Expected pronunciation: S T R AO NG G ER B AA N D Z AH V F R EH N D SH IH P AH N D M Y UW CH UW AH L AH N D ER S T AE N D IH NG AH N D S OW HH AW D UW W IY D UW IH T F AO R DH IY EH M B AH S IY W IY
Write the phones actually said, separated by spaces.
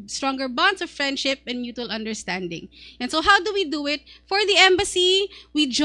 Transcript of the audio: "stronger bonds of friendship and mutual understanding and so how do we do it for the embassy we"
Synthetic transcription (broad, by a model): S T R AO NG G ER B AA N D S AH V F R EH N D SH IH P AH N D M Y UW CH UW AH L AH N D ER S T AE N D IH NG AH N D S OW HH AW D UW W IY D UW IH T F AO R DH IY EH M B AH S IY W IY